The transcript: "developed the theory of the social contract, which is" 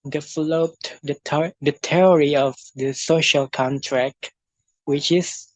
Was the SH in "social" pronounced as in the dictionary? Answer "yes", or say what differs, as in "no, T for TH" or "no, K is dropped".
yes